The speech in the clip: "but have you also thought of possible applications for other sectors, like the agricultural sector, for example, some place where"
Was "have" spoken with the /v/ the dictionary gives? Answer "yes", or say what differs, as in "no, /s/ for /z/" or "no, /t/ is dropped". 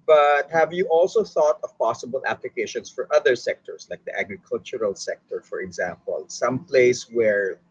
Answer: yes